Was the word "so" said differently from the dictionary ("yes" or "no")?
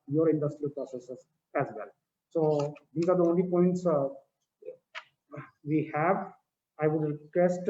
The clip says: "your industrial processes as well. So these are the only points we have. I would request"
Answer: no